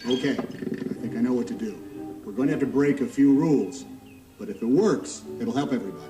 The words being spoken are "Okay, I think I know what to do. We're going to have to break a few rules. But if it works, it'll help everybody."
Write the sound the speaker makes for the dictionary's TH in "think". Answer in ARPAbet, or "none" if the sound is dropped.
TH